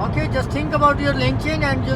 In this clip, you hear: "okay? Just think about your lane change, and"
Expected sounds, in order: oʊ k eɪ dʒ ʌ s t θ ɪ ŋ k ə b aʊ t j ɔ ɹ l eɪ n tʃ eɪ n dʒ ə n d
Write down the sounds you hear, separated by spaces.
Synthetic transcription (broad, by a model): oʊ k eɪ dʒ ʌ s t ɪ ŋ k ə b aʊ t j ɔ ɹ l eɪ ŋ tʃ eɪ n ə n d